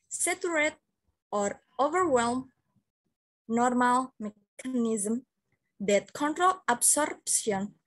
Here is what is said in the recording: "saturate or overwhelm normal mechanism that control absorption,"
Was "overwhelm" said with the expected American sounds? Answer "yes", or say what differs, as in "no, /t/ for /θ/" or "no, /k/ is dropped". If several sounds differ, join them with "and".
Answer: yes